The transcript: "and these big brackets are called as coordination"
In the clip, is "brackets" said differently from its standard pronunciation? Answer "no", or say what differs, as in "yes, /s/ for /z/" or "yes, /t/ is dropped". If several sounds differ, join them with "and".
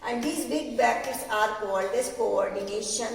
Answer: yes, /ɹ/ is dropped